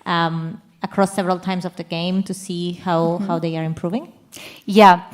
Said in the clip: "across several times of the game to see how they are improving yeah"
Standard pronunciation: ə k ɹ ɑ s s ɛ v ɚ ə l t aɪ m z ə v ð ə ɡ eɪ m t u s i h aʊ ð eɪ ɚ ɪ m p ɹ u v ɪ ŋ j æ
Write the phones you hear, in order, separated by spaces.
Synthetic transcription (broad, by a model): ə k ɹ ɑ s s ɛ v ɚ ə l t aɪ m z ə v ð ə ɡ eɪ m t u s i h aʊ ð eɪ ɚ ɪ m p ɹ u v ɪ ŋ j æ